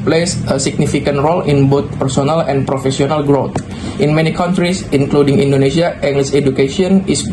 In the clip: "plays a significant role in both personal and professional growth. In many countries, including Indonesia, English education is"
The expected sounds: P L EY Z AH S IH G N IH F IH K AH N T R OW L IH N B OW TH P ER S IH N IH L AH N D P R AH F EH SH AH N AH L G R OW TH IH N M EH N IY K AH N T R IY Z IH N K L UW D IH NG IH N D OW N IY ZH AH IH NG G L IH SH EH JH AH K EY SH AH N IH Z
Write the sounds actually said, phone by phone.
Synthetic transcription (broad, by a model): P L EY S AH S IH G N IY F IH K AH N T R OW L IH N B OW T P ER S IH N IH L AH N P R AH F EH S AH N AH L G R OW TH IH N M EH N IY K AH N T R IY S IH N K L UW D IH NG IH N D OW N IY S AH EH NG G L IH S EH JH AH K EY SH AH N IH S